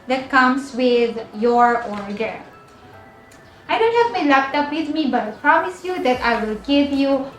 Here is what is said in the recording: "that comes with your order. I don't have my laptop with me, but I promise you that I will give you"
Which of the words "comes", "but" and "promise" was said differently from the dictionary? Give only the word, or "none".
comes